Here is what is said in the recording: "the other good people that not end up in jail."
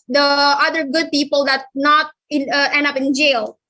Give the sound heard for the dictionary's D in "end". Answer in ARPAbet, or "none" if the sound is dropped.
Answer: D